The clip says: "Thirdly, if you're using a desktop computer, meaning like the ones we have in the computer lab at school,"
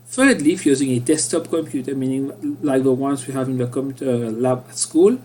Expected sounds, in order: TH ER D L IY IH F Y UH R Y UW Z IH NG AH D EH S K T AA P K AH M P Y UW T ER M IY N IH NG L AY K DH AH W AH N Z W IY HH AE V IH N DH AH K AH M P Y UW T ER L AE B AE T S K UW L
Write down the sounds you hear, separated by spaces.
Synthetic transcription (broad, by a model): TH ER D L IY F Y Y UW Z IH NG AH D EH S T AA P K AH M P Y UW T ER M IY N IH NG L AY K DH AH W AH N S W IY HH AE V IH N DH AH K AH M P Y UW T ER L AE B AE T S K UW L